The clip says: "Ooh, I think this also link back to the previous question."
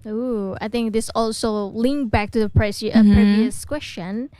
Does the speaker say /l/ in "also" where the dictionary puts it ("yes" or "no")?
yes